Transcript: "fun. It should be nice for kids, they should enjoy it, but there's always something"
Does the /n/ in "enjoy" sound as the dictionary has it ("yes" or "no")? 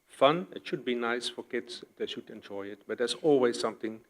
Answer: yes